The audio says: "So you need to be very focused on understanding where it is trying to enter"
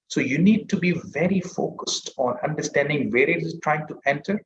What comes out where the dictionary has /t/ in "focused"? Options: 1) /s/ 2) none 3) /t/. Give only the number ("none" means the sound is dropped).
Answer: 3